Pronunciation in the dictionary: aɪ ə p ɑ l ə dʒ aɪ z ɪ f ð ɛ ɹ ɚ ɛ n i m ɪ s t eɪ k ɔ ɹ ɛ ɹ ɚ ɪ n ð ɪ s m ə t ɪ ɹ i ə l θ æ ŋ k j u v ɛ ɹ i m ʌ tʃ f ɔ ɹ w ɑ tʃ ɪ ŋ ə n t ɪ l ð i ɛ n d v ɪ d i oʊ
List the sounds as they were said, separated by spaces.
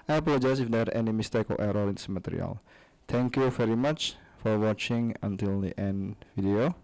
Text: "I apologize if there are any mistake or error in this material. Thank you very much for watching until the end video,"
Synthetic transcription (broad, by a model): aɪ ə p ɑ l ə dʒ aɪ s ɪ f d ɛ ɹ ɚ ɛ n i m ɪ s t eɪ k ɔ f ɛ ɹ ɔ ɪ n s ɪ m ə t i ɹ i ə l t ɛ ŋ k j u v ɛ ɹ i m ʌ tʃ f ɔ ɹ w ɑ tʃ ɪ ŋ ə n t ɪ l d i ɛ n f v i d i oʊ